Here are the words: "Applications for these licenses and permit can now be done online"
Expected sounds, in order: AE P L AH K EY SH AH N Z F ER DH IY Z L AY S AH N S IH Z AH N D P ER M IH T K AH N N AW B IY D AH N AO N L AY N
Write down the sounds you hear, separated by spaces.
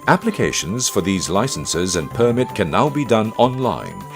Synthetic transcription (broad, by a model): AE P L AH K EY SH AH N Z F ER DH IY Z L AY S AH N S IH Z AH N P ER M IH T K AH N N AW B IY D AH N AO N L AY N